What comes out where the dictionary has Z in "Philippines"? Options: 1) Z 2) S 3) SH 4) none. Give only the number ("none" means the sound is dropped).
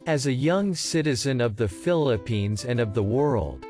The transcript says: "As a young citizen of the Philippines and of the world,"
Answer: 1